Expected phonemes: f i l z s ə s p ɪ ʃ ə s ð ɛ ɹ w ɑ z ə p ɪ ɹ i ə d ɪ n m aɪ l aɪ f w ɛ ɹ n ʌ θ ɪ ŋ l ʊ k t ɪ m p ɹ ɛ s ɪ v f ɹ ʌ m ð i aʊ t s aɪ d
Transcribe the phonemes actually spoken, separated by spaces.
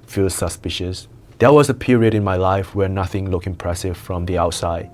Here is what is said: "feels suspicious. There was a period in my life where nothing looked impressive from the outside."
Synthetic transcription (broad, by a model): f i l s ə s p ɪ ʃ ə s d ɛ w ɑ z ə p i ɹ i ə d ɪ n m aɪ l aɪ f w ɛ n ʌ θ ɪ ŋ l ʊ k ɪ m p ɹ ɛ s ɪ v f ɹ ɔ m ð i aʊ t s aɪ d